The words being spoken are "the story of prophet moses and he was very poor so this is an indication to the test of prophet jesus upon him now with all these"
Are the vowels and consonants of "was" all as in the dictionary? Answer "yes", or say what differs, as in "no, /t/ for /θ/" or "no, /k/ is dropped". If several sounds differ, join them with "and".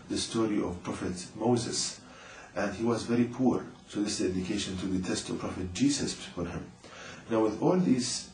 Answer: yes